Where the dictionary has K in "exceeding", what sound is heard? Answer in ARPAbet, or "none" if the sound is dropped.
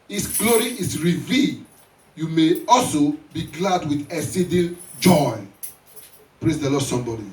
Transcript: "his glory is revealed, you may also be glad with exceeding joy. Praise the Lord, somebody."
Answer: none